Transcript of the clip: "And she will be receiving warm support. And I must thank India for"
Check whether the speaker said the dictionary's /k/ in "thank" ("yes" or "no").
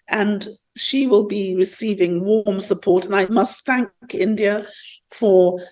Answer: yes